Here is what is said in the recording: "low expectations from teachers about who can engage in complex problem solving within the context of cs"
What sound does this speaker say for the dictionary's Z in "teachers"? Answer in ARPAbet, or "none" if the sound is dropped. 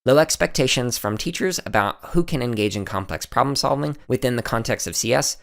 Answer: Z